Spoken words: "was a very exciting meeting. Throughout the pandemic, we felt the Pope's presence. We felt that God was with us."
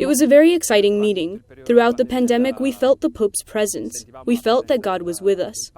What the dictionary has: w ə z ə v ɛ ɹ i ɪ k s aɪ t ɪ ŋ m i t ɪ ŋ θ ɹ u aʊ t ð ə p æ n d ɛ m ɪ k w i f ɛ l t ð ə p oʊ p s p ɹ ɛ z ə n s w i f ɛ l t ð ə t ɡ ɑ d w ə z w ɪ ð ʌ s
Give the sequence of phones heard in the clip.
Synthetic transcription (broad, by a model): w ə z ə v ɛ ɹ i ɪ k s aɪ t ɪ ŋ m i t ɪ ŋ θ ɹ u aʊ t ð ə p æ n d ɛ m ɪ k w i f ɛ l t ð ə p oʊ p s p ɹ ɛ z ə n s w i f ɛ l t ð ə t ɡ ɑ d w ə z w ɪ ð ʌ s